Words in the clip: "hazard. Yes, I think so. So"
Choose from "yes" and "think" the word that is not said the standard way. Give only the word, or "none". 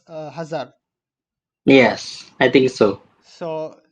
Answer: think